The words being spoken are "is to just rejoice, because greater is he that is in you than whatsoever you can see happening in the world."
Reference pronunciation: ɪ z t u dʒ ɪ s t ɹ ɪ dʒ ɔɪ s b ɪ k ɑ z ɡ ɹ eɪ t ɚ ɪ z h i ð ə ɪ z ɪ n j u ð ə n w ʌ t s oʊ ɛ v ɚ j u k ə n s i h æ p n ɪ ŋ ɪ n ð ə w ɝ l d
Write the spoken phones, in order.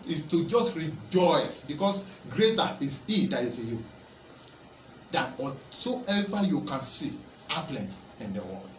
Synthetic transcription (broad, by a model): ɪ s t u dʒ ɪ s t ɹ ɪ dʒ ɔɪ s b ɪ k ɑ s ɡ ɹ eɪ t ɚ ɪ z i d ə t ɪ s j u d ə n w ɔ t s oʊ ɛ v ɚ j u k ə n s i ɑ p l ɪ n ɪ n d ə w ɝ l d